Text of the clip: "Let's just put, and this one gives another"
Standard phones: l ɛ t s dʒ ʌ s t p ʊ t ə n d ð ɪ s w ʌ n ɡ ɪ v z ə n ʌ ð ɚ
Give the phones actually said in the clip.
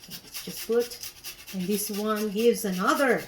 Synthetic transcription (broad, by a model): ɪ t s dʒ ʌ s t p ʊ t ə n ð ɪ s w ʌ n ɡ ɪ v z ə n ʌ ð ɚ